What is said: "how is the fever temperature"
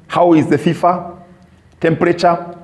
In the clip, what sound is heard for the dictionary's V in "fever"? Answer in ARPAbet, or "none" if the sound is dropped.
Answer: F